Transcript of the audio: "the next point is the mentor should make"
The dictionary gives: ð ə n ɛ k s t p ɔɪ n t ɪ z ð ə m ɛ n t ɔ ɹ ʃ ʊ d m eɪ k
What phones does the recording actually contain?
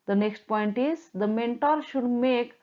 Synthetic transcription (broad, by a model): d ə n ɛ k s t p ɔɪ n t ɪ z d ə m ɛ n t ɔ ɹ ʃ ʊ d m eɪ k